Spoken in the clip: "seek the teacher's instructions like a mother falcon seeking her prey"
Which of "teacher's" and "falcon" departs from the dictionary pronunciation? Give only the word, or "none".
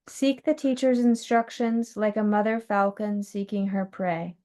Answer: none